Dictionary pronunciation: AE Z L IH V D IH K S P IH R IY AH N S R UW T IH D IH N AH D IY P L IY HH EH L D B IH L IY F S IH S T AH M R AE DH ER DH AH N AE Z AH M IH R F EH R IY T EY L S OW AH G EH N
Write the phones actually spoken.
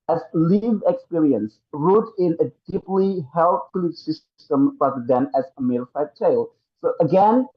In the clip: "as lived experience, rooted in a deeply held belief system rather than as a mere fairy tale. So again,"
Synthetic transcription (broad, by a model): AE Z L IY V IH K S P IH R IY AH N S R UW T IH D IH N AH D IY P L IY HH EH L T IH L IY S IH S T AH M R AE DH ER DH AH N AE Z AH M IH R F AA IY T EY L S OW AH G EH N